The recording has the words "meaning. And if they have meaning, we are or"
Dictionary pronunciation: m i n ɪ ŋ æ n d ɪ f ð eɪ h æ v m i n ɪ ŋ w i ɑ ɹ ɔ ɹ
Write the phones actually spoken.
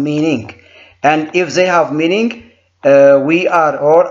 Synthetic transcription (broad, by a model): m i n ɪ ŋ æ n d ɪ f ð eɪ h æ v m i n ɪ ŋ w i ɑ ɹ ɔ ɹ